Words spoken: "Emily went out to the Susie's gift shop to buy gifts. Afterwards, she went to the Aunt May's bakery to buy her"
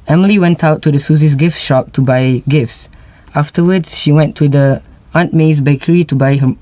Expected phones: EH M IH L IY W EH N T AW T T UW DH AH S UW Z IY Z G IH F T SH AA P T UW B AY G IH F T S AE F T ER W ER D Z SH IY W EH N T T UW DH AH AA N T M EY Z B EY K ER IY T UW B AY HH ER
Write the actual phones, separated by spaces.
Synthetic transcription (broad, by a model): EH M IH L IY W EH N T AW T T UW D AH S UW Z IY S G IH F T SH AA P T UW B AY G IH F T S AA F T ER W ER D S SH IY W EH N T T UW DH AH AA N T M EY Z B EY K ER IY T UW B AY HH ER